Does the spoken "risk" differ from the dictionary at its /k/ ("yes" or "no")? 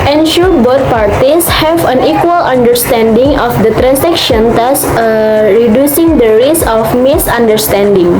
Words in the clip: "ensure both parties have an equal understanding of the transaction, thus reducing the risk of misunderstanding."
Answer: yes